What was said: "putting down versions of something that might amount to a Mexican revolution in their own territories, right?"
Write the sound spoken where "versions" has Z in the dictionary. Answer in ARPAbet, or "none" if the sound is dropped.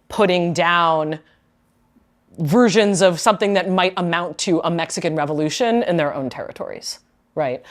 Z